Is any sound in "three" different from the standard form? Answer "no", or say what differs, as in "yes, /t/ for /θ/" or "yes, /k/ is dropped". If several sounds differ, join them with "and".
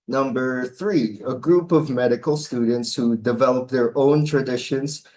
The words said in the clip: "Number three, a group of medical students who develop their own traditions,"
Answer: no